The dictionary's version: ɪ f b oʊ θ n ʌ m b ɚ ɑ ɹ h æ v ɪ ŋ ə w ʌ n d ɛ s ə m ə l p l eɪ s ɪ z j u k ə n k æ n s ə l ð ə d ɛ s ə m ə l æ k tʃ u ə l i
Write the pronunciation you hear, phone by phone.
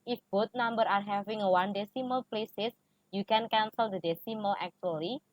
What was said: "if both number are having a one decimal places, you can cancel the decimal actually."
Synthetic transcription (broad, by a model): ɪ f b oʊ t n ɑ m b ɚ ɑ ɹ h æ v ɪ ŋ ə w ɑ n d ɛ s ə m ə l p l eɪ s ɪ s j u k ə n k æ n s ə l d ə d ɛ s ə m ə l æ k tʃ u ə l i